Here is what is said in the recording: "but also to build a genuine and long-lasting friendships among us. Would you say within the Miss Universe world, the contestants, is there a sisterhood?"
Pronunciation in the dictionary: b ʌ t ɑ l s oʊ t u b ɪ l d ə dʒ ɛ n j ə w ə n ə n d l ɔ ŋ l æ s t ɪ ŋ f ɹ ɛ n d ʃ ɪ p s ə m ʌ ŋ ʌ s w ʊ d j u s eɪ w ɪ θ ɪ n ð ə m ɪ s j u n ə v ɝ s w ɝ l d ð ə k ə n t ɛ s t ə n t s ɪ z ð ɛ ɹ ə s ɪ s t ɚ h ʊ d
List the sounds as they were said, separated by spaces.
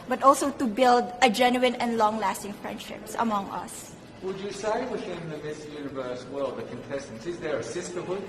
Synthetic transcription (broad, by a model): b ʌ t ɑ l s oʊ t u b ɪ l d ə dʒ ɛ n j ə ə n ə n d l ɔ ŋ l æ s t ɪ ŋ f ɹ ɛ n d ʃ ɪ p s ə m ʌ ŋ ʌ s w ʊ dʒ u s eɪ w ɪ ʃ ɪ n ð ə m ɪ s j u n ə v ɝ s w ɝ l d ð ə k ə n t ɛ s t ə n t s ɪ z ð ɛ ɹ ə s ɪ s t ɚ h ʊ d